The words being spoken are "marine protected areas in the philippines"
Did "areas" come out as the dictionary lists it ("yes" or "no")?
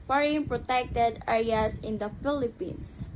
no